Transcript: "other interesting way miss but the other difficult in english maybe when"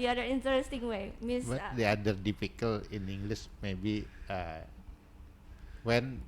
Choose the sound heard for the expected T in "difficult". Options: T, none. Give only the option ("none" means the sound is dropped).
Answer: none